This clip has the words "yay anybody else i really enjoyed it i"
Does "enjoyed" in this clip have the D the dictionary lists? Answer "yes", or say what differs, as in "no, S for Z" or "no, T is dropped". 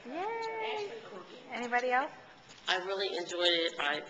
yes